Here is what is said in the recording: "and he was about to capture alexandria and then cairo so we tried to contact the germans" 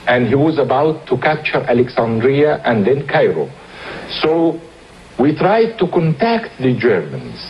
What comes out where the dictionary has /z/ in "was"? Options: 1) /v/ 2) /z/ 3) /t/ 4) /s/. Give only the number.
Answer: 2